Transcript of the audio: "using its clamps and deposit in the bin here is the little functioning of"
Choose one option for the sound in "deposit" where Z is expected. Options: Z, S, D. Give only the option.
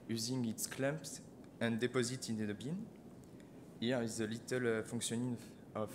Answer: Z